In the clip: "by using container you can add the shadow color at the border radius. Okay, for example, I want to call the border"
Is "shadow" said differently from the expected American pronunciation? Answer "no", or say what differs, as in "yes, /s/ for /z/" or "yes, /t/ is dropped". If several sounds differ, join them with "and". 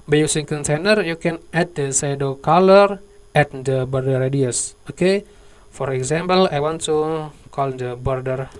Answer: yes, /s/ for /ʃ/